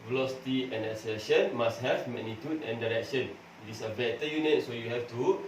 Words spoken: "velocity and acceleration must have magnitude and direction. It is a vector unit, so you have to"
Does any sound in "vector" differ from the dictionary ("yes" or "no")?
yes